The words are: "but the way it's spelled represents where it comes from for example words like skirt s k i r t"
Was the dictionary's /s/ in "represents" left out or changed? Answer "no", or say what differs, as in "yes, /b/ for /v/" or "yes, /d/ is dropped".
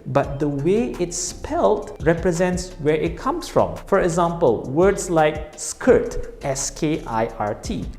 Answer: no